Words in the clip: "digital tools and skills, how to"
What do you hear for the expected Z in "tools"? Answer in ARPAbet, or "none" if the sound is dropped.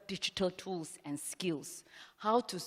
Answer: S